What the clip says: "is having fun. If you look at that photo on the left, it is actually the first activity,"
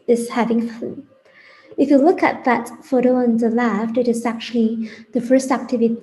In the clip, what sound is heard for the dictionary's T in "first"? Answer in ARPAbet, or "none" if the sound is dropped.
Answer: T